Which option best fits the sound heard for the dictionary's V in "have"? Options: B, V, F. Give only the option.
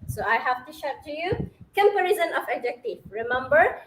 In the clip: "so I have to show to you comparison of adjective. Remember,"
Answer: F